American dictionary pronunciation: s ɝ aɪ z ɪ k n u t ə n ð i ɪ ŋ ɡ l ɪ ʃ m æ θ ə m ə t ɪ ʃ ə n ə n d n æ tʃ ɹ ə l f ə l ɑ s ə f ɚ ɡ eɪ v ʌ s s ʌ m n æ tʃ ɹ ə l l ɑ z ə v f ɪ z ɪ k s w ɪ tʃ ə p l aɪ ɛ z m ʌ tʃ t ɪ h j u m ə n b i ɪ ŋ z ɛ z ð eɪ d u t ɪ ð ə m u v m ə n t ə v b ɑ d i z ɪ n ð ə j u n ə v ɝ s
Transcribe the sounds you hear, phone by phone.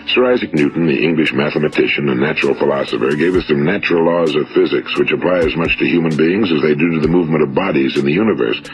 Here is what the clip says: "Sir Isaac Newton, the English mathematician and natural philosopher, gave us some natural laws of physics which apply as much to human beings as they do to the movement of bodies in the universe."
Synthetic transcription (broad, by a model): s ɝ aɪ z ɪ k n u t n ð i ɪ ŋ ɡ l ɪ ʃ m æ θ ə m ə t ɪ ʃ ə n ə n n æ tʃ ɹ l f ə l ɑ s ə f ɚ ɡ eɪ v ʌ s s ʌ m n æ tʃ ɹ l l ɑ z ə v f ɪ z ɪ k s w ɪ tʃ ə p l aɪ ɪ z m ʌ tʃ t ɪ h j u m ə n b i ɪ ŋ z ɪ z ð eɪ d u t ɪ ð ə m u v m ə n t ə v b ɑ d i z ɪ n ð ə j u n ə v ɝ s